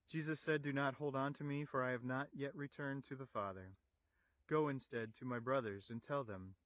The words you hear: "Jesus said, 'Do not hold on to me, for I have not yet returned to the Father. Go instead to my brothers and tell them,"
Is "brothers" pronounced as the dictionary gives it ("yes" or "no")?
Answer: yes